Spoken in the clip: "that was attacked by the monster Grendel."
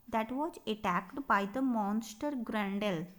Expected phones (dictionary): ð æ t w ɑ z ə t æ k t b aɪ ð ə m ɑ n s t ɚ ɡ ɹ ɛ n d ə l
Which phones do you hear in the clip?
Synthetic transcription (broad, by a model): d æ t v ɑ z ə t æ k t b aɪ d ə m ɑ n s t ɚ ɡ ɹ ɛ n d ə l